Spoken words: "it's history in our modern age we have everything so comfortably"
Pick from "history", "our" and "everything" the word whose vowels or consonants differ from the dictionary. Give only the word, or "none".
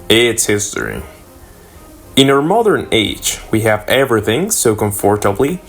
none